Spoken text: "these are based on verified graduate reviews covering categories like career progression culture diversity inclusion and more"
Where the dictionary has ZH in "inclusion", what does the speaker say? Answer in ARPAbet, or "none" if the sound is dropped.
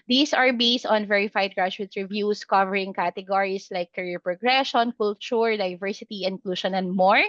SH